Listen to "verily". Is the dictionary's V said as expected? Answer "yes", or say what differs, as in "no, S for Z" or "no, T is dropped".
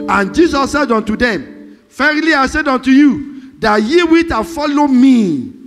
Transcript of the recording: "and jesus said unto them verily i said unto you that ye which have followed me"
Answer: no, F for V